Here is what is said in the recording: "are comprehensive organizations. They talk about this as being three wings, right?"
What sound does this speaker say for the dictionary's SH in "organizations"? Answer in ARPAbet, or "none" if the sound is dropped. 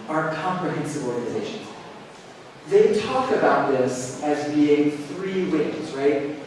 SH